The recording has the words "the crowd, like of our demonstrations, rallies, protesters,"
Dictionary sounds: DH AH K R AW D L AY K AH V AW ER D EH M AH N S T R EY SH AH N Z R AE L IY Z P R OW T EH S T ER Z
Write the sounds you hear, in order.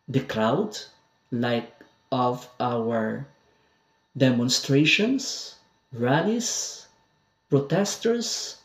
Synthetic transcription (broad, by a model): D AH K R AW D L AY K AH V AW ER D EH M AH N S T R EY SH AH N S R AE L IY S P R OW T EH S T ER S